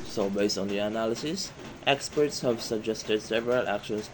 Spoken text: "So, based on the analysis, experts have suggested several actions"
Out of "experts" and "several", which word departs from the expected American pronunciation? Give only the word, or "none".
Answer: none